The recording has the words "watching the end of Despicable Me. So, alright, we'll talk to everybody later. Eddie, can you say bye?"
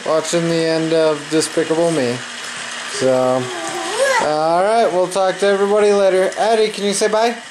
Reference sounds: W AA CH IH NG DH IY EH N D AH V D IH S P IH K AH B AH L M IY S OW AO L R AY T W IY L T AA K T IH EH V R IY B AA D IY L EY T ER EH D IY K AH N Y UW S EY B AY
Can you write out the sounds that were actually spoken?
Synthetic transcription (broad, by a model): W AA CH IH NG DH IY EH N D AH V D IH S P IH K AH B L M IY S OW AO L R AY T W IY L T AA K T IH EH V R IY B AA D IY L EY T ER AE D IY K AH N Y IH S EY B AY